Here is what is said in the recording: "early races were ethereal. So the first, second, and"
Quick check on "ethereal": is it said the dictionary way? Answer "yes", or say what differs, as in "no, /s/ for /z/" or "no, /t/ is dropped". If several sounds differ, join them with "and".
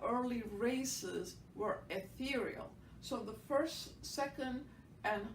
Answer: yes